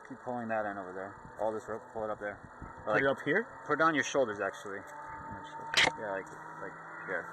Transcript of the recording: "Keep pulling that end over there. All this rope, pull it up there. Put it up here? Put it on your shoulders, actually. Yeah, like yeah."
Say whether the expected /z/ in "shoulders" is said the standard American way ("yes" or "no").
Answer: yes